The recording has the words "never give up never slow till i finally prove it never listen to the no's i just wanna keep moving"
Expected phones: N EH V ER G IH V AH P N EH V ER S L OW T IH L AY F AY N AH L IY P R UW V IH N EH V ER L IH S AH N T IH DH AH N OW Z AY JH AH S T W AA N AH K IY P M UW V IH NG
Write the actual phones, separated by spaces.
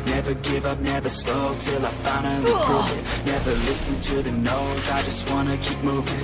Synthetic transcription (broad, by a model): N EH V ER G IH V AH P N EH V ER S L OW T IH L AY F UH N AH N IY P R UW IH N EH V ER L IH S AH N T IH DH AH N OW Z AY JH AH S T W AA N AH K IY P M UW V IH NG